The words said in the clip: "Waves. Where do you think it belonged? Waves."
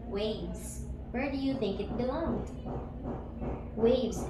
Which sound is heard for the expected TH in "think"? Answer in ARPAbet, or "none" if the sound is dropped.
TH